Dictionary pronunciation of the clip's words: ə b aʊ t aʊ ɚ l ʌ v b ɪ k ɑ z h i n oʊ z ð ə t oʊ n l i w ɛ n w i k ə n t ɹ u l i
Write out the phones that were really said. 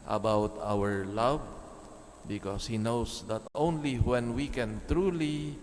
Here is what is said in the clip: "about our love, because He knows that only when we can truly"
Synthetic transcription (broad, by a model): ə b aʊ t aʊ ɚ l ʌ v b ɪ k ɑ s h i n oʊ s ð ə t oʊ n l i w ɛ n w i k ə n t ɹ u l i